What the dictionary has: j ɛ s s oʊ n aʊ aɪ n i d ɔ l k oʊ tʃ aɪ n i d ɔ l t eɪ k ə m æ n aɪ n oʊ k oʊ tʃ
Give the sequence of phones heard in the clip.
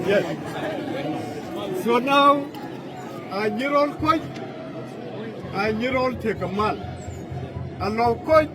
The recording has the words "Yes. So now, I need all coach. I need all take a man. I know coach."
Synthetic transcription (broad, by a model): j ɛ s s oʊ n aʊ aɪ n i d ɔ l k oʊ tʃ aɪ n i d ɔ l t eɪ k ə m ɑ l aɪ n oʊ k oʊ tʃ